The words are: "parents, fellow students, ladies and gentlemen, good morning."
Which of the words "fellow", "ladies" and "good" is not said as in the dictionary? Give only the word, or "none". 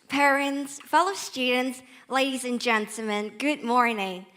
none